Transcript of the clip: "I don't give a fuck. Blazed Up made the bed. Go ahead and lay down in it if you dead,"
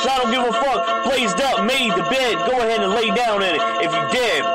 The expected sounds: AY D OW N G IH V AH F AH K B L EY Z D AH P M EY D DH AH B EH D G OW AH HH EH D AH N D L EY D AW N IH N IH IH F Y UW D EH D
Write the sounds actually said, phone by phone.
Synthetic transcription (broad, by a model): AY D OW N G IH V AH F AH K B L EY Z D AH P M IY DH AH B EH D G OW AH HH EH D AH N L EY D AW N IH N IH IH F Y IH D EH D